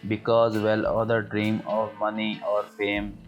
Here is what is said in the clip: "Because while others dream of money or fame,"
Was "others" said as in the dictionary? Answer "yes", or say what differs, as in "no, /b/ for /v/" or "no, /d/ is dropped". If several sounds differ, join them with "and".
no, /z/ is dropped